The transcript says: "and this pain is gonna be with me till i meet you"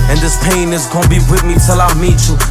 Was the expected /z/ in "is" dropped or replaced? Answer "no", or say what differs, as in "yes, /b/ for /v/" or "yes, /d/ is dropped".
no